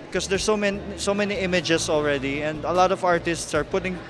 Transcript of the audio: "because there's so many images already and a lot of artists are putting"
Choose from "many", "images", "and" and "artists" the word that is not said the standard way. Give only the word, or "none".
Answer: images